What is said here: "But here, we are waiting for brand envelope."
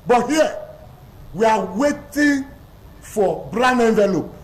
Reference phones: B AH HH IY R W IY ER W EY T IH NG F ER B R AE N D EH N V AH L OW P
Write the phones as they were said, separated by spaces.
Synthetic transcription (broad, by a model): B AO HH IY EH W IY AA W EY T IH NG F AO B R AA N EH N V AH L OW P